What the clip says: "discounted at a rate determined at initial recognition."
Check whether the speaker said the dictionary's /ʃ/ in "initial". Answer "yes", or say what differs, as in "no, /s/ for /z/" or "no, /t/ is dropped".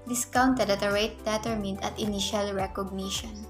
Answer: yes